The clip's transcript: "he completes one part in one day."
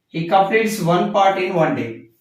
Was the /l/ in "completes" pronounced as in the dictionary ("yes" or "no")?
no